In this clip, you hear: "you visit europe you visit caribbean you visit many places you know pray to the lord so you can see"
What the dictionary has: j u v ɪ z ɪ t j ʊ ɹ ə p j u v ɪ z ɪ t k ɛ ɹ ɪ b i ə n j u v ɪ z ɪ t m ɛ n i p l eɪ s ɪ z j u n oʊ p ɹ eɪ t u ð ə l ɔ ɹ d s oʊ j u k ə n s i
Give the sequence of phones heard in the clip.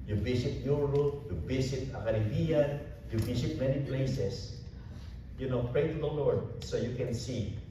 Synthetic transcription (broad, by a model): j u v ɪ s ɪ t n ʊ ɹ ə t j u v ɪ s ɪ t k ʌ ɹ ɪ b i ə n j u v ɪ s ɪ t m ɛ n i p l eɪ s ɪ s j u n oʊ p ɹ eɪ t u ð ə l ɔ ɹ d s oʊ j u k ə n s i